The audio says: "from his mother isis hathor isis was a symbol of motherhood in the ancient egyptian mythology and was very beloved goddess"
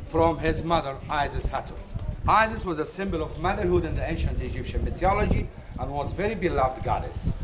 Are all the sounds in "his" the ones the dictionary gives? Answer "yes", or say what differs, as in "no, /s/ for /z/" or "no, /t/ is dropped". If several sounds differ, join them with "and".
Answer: yes